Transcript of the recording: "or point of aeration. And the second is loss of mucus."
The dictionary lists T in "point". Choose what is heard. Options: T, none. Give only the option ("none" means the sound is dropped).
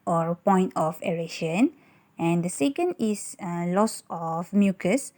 T